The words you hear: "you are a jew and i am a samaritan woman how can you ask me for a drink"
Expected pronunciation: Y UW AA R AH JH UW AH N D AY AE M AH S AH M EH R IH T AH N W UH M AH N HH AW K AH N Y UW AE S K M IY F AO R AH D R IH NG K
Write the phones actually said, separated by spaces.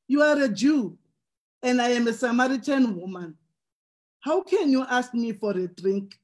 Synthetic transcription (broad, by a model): Y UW AA R AH JH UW AH N D AY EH M AH S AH M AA R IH T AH N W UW M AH N HH AW K AH N Y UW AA S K M IY F AO R AH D R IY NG K